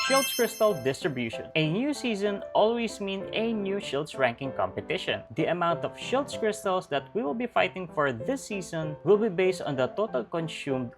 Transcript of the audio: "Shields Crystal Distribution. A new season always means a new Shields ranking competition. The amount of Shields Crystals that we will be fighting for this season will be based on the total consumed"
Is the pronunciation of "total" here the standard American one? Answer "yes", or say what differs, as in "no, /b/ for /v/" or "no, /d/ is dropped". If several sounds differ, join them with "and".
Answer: yes